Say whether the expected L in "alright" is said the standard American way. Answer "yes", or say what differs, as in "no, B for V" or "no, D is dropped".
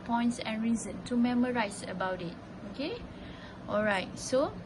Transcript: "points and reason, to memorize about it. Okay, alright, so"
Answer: yes